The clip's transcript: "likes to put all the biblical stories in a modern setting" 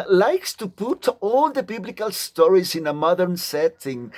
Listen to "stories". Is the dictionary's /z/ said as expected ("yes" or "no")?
yes